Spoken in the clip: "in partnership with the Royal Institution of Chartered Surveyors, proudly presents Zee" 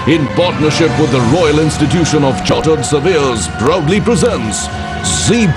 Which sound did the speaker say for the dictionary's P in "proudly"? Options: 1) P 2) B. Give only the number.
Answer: 2